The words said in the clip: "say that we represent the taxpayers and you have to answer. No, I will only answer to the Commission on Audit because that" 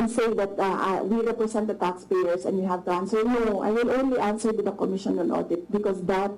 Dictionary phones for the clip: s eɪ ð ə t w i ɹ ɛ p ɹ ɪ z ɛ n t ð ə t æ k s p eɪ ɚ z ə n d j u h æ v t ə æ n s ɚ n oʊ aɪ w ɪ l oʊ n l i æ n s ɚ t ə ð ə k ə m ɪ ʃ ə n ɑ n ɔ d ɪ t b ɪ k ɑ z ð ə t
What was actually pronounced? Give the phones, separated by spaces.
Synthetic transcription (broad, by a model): s eɪ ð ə t w i ɹ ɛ p ɹ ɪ s ɛ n t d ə t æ k s p eɪ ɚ s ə n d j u h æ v t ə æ n s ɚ n oʊ aɪ w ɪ l oʊ n l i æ n s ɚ t ə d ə k ə m ɪ ʃ ə n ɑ n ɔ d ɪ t b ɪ k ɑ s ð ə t